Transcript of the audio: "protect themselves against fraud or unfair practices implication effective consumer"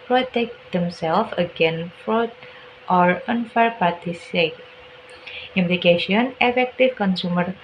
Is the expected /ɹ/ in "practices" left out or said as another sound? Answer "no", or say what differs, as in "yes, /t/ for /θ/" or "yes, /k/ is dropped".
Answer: yes, /ɹ/ is dropped